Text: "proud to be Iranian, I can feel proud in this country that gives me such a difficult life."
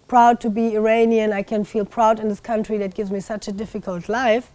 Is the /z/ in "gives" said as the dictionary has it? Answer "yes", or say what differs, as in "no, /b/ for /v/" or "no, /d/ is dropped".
yes